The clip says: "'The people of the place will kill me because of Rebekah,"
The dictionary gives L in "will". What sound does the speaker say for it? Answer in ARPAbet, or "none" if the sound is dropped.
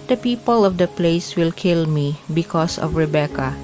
L